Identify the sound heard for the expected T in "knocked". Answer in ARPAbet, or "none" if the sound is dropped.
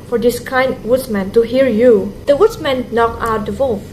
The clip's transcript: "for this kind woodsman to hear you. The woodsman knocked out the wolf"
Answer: none